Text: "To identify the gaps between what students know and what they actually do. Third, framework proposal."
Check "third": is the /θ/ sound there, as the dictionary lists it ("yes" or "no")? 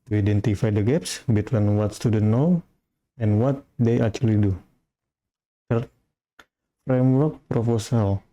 no